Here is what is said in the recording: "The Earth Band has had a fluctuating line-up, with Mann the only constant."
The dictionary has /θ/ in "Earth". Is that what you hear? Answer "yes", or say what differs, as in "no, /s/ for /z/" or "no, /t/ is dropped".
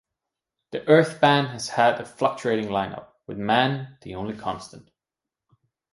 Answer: yes